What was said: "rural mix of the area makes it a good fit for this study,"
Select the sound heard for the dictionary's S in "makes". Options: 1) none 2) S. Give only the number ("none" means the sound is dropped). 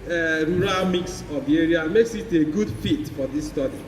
2